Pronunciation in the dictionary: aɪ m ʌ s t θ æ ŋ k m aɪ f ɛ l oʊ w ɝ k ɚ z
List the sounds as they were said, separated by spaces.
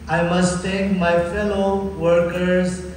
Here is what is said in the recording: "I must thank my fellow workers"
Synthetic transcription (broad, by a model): aɪ m ʌ s t t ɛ k m aɪ f ɛ l oʊ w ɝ k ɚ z